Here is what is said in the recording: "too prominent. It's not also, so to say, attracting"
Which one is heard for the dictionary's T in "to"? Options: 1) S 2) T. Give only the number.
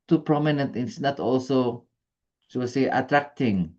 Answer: 1